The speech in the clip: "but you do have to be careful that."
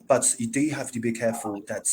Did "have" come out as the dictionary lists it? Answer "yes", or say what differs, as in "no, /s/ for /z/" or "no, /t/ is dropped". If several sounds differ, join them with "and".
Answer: no, /f/ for /v/